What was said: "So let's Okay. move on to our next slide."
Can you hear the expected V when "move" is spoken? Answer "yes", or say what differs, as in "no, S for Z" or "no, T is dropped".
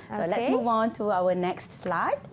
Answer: yes